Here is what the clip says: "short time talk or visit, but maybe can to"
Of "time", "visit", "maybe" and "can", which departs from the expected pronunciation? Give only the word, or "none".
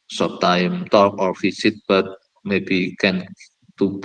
visit